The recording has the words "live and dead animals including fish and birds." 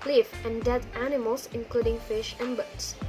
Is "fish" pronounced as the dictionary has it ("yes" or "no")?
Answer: yes